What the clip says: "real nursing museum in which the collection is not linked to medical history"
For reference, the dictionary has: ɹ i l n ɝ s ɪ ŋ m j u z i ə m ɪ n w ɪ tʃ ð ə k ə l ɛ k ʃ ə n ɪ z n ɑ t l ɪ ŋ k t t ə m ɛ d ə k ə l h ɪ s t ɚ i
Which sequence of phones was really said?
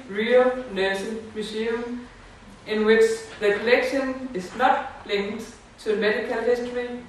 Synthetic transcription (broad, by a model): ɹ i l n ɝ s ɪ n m j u s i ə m ɪ n w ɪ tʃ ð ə k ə l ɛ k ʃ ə n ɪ s n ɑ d l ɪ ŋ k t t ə m ɛ d ə k ə l h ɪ s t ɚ i